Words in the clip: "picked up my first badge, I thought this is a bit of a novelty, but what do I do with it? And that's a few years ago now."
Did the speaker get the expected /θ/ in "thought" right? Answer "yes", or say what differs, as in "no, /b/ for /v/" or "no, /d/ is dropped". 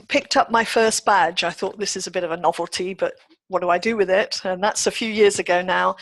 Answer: yes